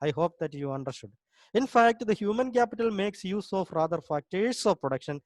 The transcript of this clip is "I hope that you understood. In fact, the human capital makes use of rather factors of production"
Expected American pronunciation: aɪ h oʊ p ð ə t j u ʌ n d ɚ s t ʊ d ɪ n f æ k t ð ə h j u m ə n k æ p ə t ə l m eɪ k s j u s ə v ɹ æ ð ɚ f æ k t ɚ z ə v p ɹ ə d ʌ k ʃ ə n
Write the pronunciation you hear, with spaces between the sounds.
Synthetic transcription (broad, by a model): aɪ h oʊ p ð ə t j u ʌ n d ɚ s t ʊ d ɪ n f æ k t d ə h j u m ə n k æ p ə t ə l m eɪ k s j u s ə f ɹ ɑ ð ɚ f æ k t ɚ s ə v p ɹ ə d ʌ k ʃ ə n